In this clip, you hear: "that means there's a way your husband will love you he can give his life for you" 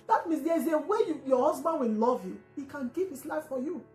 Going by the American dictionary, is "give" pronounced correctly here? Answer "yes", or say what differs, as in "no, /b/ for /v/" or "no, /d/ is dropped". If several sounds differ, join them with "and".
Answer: no, /p/ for /v/